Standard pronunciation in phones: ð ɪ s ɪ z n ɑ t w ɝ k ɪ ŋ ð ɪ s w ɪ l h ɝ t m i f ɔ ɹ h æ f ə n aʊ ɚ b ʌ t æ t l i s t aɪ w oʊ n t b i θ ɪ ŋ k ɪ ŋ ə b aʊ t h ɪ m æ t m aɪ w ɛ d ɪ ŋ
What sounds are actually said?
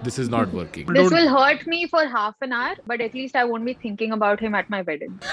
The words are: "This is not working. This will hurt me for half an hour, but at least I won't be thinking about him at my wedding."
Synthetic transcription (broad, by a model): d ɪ s ɪ z n ɑ t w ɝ k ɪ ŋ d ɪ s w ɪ l h ɝ t m i f ɔ ɹ h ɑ f ə n aʊ ɚ b ʌ t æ t l i s t aɪ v oʊ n t b i t ɪ ŋ k ɪ ŋ ə b aʊ t h ɪ m æ t m aɪ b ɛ d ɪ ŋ